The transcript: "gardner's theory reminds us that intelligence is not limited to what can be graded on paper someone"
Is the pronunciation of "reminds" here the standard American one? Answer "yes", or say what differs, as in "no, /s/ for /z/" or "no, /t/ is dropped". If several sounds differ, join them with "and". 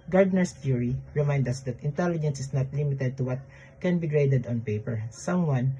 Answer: no, /z/ is dropped